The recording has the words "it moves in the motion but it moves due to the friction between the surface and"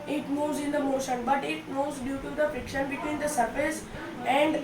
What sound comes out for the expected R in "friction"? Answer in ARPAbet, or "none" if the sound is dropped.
none